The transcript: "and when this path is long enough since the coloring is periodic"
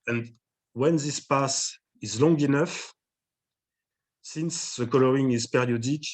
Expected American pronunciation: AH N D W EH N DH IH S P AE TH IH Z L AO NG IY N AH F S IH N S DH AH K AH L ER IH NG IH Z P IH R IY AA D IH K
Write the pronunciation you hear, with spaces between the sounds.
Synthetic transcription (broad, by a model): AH N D W EH N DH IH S P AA S IH Z L AO NG IY N AH F S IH N S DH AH K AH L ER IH NG IH Z P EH R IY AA D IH K